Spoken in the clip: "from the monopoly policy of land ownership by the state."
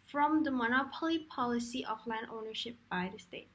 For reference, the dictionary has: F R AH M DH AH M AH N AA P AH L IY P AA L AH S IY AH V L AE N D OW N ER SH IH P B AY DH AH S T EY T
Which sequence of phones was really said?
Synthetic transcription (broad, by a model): F R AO M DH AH M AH N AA P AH L IY P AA L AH S IY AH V L AE N D OW N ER SH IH P B AY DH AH S T EY T